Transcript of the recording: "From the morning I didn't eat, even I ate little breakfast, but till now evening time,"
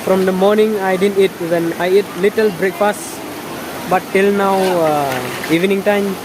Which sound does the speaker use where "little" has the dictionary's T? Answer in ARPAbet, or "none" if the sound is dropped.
T